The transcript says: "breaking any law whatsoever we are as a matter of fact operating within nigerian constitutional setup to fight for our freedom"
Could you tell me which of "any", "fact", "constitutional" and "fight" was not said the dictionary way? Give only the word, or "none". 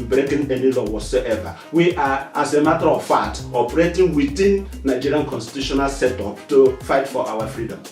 fact